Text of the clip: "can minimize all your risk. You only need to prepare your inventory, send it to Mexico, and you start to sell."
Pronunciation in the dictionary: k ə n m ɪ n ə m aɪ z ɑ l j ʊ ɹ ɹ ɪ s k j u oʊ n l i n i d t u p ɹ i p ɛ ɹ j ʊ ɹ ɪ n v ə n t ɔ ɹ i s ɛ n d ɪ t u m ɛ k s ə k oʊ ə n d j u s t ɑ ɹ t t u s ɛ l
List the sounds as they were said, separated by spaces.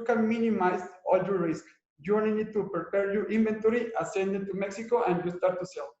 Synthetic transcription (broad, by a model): k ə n m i n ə m aɪ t ɑ l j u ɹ ɹ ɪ s k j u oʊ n i n i d t u p ɹ i p ɛ ɹ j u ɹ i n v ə n t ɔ ɹ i s ɛ n d ɪ t u m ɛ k s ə k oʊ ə n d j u s t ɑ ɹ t t u s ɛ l